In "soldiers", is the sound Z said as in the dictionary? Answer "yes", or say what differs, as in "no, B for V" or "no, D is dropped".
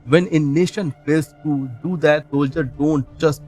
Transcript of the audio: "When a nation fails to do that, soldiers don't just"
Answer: no, Z is dropped